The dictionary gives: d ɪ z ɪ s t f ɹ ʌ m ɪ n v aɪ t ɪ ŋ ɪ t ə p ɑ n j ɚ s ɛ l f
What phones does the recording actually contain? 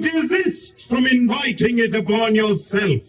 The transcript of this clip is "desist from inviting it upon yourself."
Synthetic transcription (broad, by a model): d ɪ z ɪ s t f ɹ ʌ m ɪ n v aɪ t ɪ ŋ ɪ t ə b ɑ n j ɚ s ɛ l f